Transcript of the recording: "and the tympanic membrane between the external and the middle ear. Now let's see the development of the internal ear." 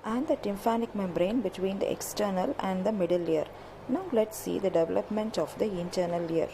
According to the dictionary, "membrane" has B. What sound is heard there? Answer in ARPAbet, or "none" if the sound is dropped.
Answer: B